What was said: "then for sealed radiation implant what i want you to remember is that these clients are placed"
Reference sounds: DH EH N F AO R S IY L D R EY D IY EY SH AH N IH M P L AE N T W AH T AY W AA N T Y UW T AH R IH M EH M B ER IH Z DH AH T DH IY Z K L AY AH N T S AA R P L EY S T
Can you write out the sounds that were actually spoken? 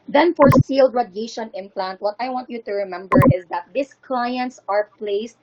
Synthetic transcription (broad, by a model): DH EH N F AO R S IY L D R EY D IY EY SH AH N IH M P L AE N T W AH T AY W AA N T Y UW T AH R IH M EH M B ER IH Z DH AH T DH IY S K L AY AH N T S AA R P L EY S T